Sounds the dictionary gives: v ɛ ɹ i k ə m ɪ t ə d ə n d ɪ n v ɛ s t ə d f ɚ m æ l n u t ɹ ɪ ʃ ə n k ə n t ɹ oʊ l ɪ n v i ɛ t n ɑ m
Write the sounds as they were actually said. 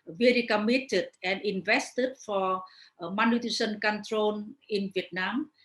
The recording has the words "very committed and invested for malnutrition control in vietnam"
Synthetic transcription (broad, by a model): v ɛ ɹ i k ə m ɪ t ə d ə n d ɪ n v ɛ s t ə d f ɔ m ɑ n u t ɪ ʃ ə n k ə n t ɹ oʊ n ɪ n v i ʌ t n ɑ m